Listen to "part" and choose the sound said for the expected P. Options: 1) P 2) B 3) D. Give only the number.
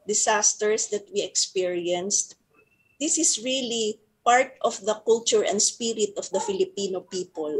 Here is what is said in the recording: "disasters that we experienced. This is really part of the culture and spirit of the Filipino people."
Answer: 1